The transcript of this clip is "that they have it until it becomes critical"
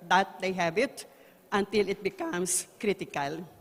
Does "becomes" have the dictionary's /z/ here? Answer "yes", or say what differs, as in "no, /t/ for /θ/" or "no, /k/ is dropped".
no, /s/ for /z/